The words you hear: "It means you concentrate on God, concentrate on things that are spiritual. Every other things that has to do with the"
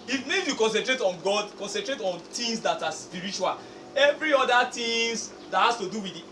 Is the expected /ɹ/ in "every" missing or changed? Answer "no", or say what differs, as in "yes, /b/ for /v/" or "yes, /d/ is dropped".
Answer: no